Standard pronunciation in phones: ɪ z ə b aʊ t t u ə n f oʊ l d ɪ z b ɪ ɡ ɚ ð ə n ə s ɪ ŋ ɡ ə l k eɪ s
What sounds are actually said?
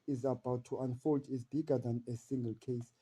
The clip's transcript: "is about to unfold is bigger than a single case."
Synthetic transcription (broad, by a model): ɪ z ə b aʊ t t u ə n f oʊ l d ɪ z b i ɡ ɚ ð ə n ə s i ŋ ɡ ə l k eɪ s